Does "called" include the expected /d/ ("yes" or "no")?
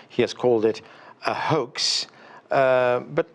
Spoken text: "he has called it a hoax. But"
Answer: yes